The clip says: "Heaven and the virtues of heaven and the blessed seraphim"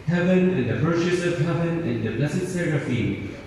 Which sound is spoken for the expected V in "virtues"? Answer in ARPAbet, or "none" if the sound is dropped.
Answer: P